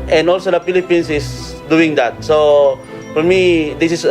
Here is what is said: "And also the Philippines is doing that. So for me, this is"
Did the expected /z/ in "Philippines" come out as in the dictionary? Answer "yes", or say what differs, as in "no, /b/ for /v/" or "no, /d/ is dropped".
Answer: no, /s/ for /z/